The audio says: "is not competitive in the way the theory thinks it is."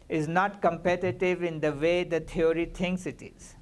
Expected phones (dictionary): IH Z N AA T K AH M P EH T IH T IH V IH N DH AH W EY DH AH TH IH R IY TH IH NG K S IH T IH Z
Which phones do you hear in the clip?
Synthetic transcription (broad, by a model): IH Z N AA T K AH M P EH T IH T IH V IH N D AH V EY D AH T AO R IY T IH NG K S IH T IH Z